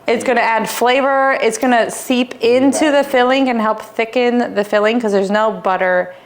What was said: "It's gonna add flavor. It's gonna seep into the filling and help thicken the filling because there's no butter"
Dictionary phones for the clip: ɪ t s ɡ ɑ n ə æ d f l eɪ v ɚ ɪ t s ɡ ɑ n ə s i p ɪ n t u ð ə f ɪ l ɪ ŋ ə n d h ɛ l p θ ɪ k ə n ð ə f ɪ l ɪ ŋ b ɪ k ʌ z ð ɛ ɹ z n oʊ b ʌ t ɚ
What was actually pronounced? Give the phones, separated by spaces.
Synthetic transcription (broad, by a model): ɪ t s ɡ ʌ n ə æ d f l eɪ v ɚ ɪ t s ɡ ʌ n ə s i p ɪ n t u ð ə f ɪ l ɪ ŋ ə n h ɛ l p θ ɪ k ə n ð ə f ɪ l ɪ ŋ k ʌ z ð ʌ ɹ z n oʊ b ʌ t ɚ